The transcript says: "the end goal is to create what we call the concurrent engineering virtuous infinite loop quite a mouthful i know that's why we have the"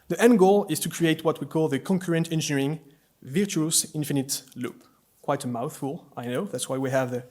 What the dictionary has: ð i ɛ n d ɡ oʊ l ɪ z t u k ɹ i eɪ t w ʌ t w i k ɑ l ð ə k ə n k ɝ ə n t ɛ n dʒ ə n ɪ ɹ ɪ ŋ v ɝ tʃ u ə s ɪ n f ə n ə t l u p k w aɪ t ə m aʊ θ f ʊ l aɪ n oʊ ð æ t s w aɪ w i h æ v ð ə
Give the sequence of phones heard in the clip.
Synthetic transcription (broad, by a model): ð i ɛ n ɡ oʊ l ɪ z t u k ɹ i eɪ t w ʌ t w i k ɑ l ð ə k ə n k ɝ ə n t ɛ n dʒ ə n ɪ ɹ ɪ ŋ v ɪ tʃ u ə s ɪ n f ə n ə t l u p k w aɪ t ə m aʊ θ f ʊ l aɪ n oʊ ð æ t s w aɪ w i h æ v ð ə